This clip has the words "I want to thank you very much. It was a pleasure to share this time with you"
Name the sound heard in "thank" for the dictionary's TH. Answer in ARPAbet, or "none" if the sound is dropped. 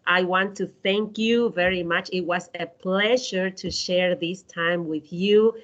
TH